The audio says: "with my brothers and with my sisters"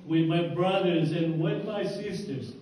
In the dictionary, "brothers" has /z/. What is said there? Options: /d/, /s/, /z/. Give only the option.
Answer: /z/